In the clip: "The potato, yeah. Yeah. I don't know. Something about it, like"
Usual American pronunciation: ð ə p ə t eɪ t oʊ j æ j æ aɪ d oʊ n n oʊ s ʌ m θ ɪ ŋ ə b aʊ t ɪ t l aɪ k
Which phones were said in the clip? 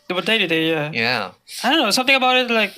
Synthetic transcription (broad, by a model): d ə b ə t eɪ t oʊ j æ j æ aɪ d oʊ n n oʊ s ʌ m t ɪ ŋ ə b aʊ t ɪ t l aɪ k